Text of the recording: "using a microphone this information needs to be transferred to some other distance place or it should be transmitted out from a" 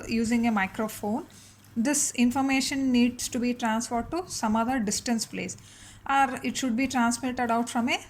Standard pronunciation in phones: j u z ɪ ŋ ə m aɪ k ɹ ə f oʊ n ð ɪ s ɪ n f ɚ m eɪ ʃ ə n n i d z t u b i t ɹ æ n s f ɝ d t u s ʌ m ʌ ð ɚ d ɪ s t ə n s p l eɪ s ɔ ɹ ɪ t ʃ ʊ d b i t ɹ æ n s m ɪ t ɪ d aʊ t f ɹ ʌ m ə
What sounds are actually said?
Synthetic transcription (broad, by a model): j u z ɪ ŋ ə m aɪ k ɹ ə f oʊ n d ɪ s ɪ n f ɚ m eɪ ʃ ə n n i d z t u b i t ɹ æ n s f ɝ d t u s ʌ m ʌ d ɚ d ɪ s t ə n s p l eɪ s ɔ ɹ ɪ t ʃ ʊ d b i t ɹ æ n s m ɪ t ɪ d aʊ t f ɹ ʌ m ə